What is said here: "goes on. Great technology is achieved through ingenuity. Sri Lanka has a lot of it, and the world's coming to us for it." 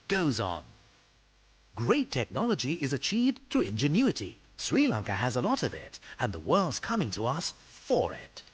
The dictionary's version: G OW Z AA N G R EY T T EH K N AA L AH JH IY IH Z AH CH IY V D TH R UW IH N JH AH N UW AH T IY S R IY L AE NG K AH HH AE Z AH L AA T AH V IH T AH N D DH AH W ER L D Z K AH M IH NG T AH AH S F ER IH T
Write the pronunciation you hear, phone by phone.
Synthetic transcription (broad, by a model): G OW Z N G R EY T T EH K N AA L AH JH IY IH Z AH CH IY V D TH UW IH N JH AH N UW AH T IY S R IY L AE NG K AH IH Z AH L AA T AH V IH T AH N DH AH W ER L D Z K AH M IH NG T AH AH S F ER IH T